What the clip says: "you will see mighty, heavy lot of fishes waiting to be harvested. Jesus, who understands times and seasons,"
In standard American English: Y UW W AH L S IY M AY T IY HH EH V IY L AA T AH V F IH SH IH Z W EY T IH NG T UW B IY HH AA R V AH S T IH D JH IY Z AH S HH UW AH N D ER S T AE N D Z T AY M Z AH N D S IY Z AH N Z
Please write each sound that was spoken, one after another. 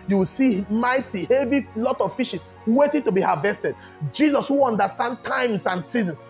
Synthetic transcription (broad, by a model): Y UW W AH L S IY M AY T IY HH EH V IY L AA T AH V F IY SH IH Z W EY T IH NG T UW B IY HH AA V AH S T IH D JH IY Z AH S HH UW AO N D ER S T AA N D T AY M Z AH N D S IY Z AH N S